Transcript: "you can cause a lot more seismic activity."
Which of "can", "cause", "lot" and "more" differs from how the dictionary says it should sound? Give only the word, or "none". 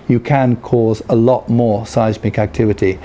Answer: none